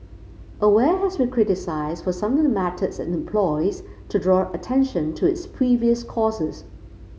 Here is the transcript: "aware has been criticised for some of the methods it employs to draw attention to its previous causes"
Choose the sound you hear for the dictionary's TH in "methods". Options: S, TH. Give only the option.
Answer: S